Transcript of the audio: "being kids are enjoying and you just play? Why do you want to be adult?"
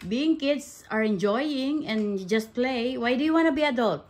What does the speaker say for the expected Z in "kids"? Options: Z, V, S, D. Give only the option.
S